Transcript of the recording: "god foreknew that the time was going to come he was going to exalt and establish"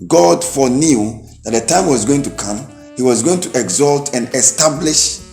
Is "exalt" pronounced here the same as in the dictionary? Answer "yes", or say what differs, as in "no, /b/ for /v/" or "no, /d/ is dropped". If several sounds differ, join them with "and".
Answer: yes